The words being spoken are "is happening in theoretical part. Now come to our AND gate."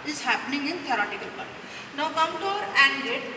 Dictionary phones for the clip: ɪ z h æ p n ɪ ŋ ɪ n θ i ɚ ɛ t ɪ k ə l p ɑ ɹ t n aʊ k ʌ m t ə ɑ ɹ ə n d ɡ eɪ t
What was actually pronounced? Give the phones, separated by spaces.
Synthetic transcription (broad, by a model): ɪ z h æ p n ɪ ŋ ɪ n t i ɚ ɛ t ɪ k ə l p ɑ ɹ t n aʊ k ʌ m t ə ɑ ɹ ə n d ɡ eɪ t